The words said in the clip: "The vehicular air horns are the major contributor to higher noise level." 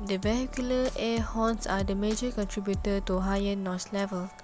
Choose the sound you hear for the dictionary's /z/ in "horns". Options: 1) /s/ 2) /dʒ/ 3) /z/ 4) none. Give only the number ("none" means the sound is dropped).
1